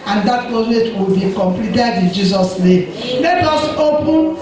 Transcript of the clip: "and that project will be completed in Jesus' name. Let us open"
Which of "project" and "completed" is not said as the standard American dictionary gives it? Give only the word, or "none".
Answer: project